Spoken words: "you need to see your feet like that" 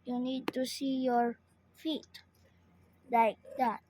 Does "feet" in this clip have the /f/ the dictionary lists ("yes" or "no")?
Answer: yes